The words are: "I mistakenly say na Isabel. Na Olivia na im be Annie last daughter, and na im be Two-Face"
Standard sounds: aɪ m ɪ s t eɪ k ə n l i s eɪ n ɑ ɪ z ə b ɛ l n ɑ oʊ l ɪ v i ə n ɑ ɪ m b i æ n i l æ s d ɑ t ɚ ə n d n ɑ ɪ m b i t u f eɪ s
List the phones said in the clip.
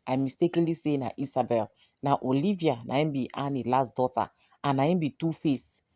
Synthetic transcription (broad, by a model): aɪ m ɪ s t eɪ k ə n l i s eɪ n ɑ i s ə b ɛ l n ɑ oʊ l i v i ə n ɑ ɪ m b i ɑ n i l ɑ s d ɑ t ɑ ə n n ɑ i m b i t u f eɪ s